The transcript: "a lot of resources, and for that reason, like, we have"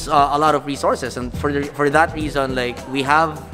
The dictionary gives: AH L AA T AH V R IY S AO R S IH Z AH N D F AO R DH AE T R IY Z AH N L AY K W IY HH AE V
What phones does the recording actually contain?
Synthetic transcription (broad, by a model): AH L AA T AH V R IY S AO R S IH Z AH N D F AO R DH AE T R IY Z AH N L AY K W IY HH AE V